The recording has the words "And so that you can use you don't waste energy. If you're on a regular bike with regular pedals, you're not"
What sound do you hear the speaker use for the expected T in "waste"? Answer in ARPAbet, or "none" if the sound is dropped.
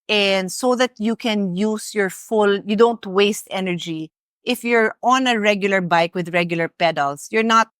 T